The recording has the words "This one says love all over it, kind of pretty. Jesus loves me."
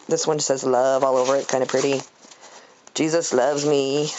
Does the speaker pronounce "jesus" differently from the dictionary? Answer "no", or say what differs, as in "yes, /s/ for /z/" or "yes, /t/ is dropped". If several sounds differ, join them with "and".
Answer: no